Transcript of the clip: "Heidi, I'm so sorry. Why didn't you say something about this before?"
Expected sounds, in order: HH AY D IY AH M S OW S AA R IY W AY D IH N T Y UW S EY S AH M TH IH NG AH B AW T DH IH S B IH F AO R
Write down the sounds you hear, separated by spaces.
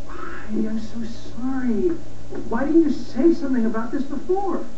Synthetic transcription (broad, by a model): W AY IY AH M S OW S AA R IY W AY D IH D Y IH S EY S AH M TH IH NG AH B AW T DH IH S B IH F AO R